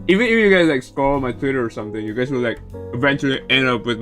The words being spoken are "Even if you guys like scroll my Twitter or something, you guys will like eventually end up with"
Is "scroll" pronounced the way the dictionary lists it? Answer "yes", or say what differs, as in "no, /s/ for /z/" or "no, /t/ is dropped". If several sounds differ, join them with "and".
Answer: no, /ɹ/ is dropped